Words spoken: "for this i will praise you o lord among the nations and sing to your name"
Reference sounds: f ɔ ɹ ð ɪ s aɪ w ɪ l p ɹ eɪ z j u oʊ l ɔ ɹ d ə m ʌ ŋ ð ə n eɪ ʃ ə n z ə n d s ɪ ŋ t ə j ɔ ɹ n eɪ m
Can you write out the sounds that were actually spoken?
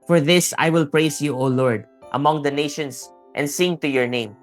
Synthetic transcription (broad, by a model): f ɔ ɹ ð ɪ s aɪ w ɪ l p ɹ eɪ s j u oʊ l ɔ ɹ d ə m ʌ ŋ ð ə n eɪ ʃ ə n s ə n d s ɪ ŋ t ə j ɔ ɹ n eɪ m